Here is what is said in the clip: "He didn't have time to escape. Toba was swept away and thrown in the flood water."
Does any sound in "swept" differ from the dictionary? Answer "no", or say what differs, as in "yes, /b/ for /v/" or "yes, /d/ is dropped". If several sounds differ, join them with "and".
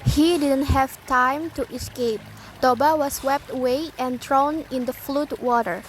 no